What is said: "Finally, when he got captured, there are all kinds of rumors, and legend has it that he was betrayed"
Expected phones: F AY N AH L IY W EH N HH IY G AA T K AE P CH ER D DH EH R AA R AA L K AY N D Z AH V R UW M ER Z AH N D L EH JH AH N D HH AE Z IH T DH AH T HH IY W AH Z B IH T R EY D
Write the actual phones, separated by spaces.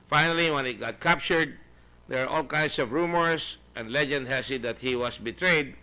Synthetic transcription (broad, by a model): F AY N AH L IY W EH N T G AA T K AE P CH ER D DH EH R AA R AA L K AY N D S AH V R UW M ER S AH N D L EH JH AH N D HH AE S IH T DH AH T HH IY W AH S B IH T R EY D